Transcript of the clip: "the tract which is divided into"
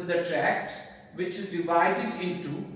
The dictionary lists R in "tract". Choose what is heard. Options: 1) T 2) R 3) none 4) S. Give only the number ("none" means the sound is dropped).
2